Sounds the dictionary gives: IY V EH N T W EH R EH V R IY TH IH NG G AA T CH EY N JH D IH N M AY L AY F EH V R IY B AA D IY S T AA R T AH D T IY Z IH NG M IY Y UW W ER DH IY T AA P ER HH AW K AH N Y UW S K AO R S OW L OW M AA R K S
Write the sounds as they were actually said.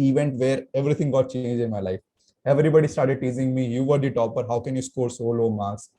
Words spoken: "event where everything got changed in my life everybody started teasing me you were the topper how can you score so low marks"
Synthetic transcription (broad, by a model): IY V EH N T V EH R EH V R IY T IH NG G AA T CH EY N JH IH N M AY L AY F EH V R IY B AA D IY S T AA R T AH D T IY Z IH NG M IY Y UW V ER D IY T AA P ER HH AW K AH N Y UW S K AO R S OW L OW M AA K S